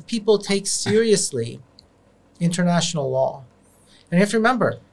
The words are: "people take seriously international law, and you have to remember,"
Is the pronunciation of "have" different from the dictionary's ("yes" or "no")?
yes